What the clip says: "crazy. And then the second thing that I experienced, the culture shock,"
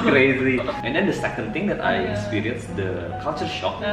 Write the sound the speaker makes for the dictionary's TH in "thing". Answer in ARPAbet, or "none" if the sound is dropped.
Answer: T